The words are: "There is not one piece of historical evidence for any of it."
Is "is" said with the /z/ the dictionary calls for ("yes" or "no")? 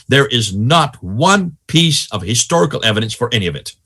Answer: yes